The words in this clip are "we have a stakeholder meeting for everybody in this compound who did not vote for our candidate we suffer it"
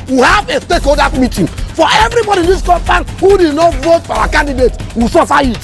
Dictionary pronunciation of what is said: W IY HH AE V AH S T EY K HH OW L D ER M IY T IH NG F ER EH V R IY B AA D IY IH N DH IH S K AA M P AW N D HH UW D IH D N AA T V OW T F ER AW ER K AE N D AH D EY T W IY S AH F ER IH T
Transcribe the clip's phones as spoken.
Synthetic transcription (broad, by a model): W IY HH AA V AH S T EY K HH OW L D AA M IY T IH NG F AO EH V R IY B AA D IY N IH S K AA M F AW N HH UW D IH D N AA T V OW T F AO AW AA K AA N D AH D EY T W IY S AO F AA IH T